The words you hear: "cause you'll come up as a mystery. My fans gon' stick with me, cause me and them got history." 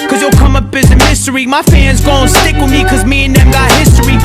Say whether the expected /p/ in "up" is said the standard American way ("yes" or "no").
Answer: no